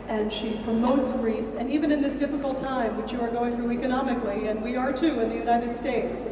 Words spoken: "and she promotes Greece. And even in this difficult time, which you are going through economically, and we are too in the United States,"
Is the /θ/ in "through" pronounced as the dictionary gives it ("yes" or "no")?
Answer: yes